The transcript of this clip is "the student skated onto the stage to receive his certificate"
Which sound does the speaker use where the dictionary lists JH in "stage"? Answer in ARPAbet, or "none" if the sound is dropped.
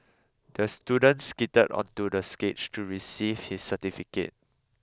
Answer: CH